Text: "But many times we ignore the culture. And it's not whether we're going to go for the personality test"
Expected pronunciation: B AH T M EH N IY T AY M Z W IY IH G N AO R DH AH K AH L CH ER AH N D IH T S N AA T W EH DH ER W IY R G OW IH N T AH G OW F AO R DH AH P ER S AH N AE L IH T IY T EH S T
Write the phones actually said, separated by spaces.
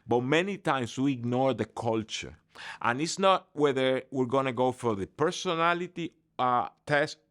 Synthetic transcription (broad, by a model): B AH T M EH N IY T AY M S W IY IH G N AO R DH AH K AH L CH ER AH N IH T S N AA T W EH DH ER W IY R G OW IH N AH G OW F AO R DH AH P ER S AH N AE L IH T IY T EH S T